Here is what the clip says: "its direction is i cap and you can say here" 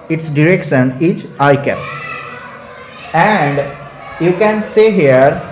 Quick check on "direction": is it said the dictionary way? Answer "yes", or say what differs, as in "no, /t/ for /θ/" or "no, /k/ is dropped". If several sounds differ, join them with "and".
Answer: no, /s/ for /ʃ/